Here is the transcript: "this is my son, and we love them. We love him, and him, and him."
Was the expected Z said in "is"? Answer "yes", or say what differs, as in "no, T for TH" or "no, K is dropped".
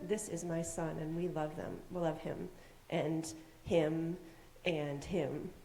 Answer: yes